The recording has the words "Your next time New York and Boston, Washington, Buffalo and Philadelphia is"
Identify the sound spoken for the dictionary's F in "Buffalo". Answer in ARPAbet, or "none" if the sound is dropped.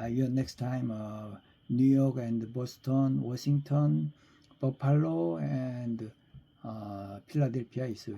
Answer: P